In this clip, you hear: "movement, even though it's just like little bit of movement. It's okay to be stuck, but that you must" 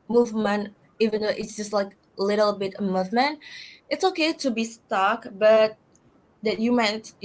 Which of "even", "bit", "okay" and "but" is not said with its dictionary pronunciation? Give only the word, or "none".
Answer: none